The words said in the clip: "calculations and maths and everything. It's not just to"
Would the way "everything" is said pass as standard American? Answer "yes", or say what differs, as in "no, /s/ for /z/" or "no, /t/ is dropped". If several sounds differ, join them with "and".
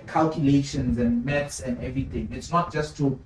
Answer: no, /t/ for /θ/